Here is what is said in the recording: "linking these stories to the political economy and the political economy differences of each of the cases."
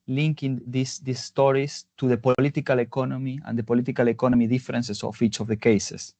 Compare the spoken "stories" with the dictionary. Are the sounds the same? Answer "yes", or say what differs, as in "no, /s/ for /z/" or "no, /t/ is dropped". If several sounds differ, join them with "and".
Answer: no, /s/ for /z/